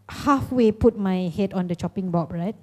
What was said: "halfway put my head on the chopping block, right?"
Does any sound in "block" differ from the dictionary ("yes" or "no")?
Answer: yes